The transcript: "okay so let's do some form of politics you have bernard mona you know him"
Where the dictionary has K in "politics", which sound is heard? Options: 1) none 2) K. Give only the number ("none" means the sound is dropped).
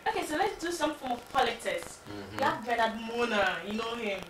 1